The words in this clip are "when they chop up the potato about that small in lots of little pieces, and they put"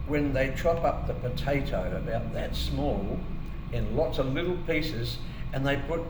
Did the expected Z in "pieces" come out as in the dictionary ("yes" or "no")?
yes